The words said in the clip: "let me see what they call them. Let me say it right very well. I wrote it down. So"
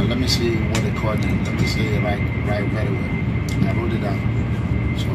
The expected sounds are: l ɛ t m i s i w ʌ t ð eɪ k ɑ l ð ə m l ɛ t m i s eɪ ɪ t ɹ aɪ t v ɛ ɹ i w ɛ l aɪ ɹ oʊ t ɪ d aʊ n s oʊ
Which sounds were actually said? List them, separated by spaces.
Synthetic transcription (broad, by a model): l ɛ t m i s i w ʌ t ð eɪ k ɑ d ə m l ɛ t m i s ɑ ɪ t ɹ aɪ t w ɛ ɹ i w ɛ n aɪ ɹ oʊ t ɪ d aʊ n s oʊ